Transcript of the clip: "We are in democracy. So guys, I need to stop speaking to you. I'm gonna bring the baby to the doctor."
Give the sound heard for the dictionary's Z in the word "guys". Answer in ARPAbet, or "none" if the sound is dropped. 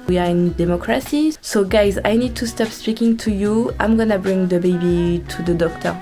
Z